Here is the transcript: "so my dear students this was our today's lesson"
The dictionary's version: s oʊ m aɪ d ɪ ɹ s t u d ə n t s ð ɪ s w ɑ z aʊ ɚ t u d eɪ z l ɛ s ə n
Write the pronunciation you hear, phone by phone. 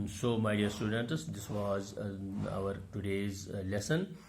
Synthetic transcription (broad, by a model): s oʊ m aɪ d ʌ ɹ s t u d ə n t s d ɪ s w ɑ z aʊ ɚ t u d eɪ z l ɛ s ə n